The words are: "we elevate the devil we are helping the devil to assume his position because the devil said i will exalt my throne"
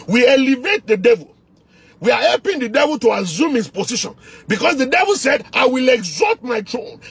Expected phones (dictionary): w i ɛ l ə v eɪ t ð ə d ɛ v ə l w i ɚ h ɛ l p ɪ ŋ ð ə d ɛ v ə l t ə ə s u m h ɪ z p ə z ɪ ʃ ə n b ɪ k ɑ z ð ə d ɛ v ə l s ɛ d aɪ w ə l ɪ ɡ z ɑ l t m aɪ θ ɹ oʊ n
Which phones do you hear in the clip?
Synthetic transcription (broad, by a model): w i ɛ l ə v eɪ t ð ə d ɛ v ə l w i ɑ h ɛ l p ɪ ŋ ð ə d ɛ v ə l t ə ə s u m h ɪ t p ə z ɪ ʃ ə n b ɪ k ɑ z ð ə d ɛ v ə l s ɛ d aɪ w ə l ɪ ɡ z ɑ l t m aɪ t ɹ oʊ n